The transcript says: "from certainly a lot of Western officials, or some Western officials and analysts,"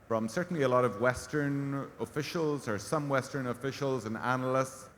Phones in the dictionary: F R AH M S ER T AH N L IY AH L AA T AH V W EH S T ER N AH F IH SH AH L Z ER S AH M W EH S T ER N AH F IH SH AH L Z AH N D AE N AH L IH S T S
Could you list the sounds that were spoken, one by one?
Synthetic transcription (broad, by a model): F R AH M S ER T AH N L IY AH L AA T AH V W EH S T ER N AH F IH SH AH L Z ER S AH M W EH S T ER N AH F IH SH AH L Z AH N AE N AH L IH S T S